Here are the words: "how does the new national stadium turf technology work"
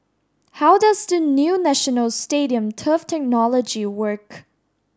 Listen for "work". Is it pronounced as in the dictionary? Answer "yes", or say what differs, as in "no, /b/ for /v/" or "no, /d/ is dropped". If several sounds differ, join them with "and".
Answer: yes